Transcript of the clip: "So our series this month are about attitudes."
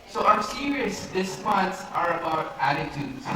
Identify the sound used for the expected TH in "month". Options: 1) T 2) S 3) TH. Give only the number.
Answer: 2